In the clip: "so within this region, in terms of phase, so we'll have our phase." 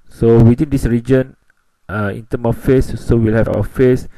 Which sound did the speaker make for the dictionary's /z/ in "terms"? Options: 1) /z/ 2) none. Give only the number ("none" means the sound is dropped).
2